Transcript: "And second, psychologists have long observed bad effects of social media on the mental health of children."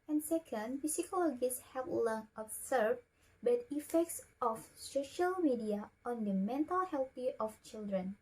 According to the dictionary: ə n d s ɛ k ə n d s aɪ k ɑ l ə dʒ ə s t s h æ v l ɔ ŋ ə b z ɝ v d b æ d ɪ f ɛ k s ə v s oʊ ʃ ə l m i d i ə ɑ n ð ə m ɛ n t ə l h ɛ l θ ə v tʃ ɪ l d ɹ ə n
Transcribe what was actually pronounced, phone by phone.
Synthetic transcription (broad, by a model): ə n s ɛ k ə n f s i k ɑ l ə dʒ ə s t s h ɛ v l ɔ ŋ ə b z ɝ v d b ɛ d ɪ f ɛ k s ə f s oʊ ʃ ə l m i d i ə ɑ n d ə m ɛ n t ə l h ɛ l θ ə f tʃ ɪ l d ɹ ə n